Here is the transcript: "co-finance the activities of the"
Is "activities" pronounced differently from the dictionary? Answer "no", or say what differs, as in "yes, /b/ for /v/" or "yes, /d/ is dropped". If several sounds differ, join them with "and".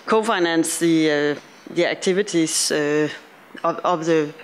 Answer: yes, /s/ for /z/